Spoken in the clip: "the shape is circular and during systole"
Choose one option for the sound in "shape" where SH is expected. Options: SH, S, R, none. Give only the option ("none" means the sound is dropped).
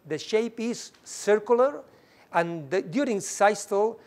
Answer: SH